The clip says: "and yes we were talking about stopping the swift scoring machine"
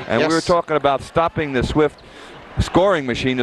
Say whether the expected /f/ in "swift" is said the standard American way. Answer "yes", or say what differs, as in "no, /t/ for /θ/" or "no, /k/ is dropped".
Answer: yes